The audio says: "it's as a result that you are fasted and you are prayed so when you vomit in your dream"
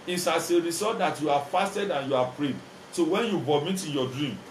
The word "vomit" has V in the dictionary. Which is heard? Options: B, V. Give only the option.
B